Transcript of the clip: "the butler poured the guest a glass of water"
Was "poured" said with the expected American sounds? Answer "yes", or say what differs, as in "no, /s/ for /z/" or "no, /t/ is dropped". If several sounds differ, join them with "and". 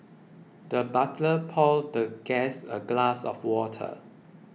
no, /l/ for /ɹ/